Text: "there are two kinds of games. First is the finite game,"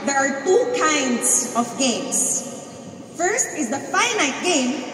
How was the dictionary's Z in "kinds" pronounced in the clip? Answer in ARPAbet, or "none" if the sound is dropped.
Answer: S